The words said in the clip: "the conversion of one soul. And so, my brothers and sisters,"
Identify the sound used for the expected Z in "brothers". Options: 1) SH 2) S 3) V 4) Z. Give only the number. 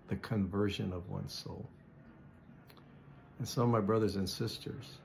4